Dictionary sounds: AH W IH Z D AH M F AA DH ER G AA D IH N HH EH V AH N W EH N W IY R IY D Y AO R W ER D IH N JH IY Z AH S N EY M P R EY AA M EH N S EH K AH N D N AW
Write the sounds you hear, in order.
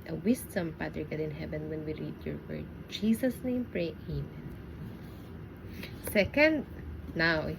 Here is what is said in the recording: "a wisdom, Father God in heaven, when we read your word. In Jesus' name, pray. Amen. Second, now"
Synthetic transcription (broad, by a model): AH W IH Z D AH M P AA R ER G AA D IH N HH EH V AH N W EH N W IY R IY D Y AO R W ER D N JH IY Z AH S N EY M P R EY AA M EH N S EH K AH N D N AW